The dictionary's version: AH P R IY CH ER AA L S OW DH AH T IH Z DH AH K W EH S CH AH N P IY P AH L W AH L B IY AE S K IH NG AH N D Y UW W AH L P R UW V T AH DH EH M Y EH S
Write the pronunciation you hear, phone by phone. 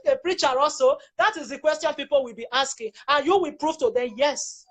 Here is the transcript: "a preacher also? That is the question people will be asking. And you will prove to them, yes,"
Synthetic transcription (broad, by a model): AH P R IY CH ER AA L S OW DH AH T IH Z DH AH K W EH S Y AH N P IY P AH L W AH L B IY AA S K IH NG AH N Y UW W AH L P R UW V T AH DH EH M Y EH S